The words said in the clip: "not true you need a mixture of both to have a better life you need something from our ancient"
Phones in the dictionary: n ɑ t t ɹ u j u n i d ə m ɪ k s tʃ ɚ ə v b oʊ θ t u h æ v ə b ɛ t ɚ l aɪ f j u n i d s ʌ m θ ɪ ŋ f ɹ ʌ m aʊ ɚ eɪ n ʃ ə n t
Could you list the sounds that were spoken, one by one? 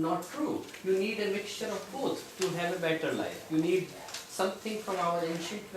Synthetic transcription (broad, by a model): n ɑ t t ɹ u j u n i d ə m ɪ k s tʃ ɚ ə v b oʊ t t u h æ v ə b ɛ t ɚ l aɪ f j u n i d s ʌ m t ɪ ŋ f ɹ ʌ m aʊ ɚ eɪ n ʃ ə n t